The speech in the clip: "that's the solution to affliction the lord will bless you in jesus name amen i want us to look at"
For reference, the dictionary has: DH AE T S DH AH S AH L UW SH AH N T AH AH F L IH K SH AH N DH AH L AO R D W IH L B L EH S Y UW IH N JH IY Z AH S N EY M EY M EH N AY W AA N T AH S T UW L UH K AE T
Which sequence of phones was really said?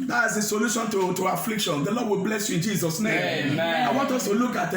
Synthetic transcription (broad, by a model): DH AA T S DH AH S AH L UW SH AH N T AH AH F L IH K SH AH N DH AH L AO D W IH L B L EH S Y UW IH N JH IY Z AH S N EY EY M AY W AA N T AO S T UW L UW K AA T